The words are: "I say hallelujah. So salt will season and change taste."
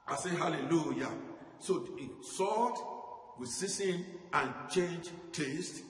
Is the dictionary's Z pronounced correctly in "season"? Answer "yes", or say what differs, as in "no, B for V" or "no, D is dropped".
no, S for Z